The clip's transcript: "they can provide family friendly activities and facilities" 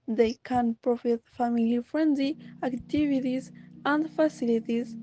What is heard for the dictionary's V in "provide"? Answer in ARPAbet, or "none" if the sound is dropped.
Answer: F